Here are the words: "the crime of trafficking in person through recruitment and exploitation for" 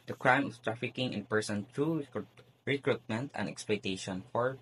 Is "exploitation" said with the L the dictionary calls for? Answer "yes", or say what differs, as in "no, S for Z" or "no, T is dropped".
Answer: yes